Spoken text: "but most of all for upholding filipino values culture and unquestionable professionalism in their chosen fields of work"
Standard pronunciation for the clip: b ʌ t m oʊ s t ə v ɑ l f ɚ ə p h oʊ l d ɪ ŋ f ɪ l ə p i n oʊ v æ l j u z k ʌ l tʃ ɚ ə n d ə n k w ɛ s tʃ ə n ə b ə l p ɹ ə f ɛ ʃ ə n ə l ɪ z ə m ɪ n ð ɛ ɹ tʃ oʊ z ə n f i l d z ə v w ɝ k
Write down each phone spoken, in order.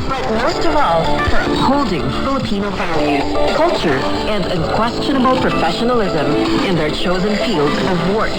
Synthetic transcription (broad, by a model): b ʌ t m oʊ s t ə v ɑ l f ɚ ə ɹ h oʊ l d ɪ ŋ f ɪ l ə p i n oʊ f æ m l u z k ʌ l tʃ ɚ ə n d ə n k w ɛ s tʃ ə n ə b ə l p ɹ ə f ɛ ʃ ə n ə l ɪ z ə m ɪ n ð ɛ ɹ tʃ oʊ z ə n f i l d z ə v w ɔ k